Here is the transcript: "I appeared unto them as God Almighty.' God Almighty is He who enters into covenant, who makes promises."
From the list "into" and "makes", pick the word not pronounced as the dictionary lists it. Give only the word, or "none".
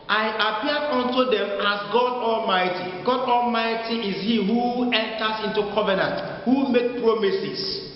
makes